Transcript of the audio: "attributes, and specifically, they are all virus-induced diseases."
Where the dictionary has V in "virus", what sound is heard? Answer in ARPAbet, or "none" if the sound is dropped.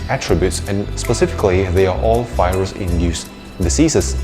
F